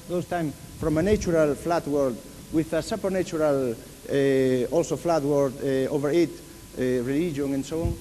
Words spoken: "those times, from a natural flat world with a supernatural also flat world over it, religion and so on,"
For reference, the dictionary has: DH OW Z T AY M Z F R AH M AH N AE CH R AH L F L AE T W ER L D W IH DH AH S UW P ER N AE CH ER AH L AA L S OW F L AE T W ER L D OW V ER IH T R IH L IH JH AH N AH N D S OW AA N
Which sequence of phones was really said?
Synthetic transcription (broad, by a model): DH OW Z T AY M F R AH M AH N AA CH R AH L F L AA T W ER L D W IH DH AH S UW P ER N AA CH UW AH L AA L S OW F L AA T W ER D OW V ER IH T R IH L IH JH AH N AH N S OW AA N